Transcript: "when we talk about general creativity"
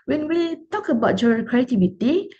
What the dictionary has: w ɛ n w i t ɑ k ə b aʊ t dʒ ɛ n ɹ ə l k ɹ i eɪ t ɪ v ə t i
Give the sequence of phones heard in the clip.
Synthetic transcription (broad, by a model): w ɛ n w i t ɑ k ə b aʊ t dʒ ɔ ɹ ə k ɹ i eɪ t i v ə t i